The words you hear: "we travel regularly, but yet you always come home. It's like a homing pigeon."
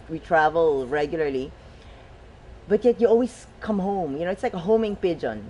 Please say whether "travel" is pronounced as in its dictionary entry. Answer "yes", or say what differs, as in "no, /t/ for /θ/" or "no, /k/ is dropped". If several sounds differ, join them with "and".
yes